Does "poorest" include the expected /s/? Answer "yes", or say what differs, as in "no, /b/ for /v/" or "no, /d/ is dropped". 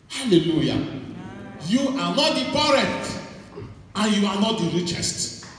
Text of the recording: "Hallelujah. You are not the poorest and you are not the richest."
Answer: no, /s/ is dropped